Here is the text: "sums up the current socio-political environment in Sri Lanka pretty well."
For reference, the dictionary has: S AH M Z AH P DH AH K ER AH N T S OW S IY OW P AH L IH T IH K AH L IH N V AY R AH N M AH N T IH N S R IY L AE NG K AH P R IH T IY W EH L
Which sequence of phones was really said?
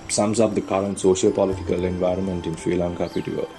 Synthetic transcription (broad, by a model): S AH M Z AH P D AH K ER AH N T S OW SH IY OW P AH L IH T IH K AH L IH N V AY R AH N M AH N T IH N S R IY L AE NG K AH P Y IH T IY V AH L